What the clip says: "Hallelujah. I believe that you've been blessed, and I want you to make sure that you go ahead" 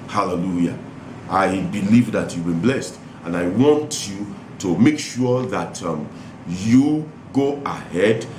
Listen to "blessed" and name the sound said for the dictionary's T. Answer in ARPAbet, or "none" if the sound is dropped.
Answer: T